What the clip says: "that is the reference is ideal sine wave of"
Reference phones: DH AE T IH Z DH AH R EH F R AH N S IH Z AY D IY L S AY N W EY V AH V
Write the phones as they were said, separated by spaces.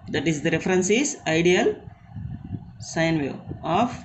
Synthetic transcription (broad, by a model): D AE T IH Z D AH R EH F R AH N S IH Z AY D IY L S AY N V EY AH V